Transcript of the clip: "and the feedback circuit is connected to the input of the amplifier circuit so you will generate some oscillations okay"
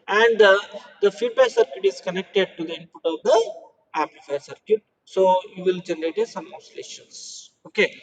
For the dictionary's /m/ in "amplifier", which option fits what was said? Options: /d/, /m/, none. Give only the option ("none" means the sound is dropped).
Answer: none